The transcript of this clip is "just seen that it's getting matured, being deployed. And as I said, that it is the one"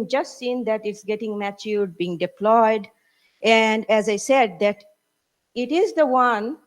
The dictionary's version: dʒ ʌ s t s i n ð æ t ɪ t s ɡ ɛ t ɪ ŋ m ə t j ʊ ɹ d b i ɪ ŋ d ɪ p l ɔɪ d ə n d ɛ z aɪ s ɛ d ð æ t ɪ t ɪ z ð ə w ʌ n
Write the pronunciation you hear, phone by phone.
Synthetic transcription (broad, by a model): dʒ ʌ s t s i n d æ t ɪ t s ɡ ɛ t ɪ ŋ m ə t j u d b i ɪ ŋ d ɪ p l ɔɪ d ə n d ɛ z aɪ s ɛ d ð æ t ɪ t ɪ z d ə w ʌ n